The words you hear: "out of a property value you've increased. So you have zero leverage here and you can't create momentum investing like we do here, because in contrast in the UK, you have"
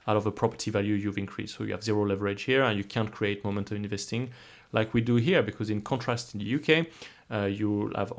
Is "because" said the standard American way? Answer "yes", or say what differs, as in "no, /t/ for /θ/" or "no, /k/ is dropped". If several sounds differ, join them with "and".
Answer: yes